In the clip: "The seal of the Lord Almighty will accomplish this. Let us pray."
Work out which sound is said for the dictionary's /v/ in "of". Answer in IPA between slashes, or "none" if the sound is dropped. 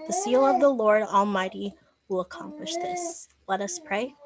/v/